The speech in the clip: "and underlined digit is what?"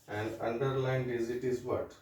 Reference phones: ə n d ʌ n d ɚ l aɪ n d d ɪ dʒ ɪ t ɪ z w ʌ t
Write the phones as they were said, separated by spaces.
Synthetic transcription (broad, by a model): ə n d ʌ n d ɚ l aɪ n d d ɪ z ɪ t ɪ z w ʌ t